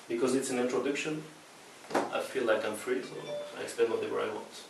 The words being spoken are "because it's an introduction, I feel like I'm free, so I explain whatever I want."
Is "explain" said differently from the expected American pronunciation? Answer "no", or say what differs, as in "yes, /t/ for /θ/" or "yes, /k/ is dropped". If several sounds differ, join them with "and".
yes, /l/ is dropped